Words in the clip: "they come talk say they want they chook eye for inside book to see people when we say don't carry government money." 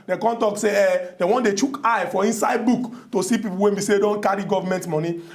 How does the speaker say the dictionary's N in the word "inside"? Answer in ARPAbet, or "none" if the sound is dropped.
N